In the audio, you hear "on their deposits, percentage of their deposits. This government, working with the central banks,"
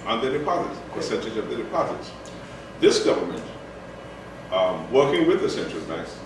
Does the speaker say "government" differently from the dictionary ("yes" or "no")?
no